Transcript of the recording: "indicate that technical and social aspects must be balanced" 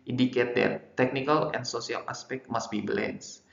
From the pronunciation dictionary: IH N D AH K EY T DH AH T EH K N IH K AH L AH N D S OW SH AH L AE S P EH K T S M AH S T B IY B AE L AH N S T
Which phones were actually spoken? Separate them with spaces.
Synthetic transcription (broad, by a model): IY N D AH K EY T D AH T EH K N IH K AH L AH N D S OW S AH L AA S P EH K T M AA S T B IY B L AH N S